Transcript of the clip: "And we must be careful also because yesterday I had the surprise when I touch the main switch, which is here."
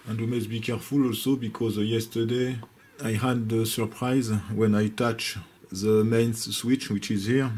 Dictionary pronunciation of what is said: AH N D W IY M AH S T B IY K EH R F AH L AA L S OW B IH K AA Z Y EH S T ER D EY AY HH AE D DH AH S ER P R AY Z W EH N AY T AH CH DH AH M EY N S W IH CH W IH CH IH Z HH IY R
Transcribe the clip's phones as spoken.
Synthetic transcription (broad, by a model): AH N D W IY M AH S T B IY K EH R F AH L AA L S OW B IH K AA Z Y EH S T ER D EY AY HH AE D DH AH S ER P R AY Z W EH N AY T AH CH DH AH M EY N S W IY CH W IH CH IH Z HH IY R